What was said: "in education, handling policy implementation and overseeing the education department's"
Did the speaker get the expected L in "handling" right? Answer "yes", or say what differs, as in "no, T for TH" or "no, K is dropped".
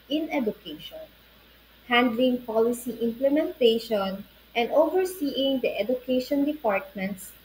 yes